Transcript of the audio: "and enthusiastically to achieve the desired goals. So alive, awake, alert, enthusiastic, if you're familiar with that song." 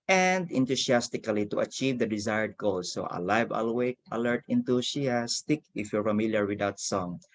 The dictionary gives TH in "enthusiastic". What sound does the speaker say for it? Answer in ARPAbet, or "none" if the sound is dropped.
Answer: T